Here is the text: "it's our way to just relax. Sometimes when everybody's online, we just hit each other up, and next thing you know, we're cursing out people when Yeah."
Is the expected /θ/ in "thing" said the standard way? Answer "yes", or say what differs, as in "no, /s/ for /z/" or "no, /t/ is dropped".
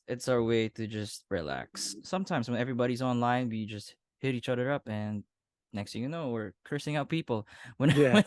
no, /t/ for /θ/